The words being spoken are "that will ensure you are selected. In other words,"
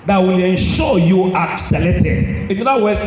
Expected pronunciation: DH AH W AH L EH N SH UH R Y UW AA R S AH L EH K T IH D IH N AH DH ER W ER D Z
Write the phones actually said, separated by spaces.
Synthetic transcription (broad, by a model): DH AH W AH L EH N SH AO Y UW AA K S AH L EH T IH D IH N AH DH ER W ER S